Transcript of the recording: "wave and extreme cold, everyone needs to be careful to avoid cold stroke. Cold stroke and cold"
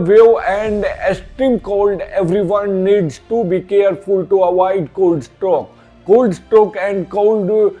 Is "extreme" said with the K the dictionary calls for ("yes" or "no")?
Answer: no